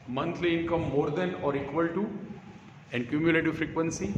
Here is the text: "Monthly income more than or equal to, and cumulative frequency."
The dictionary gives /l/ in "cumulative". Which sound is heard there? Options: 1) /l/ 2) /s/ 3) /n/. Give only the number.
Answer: 1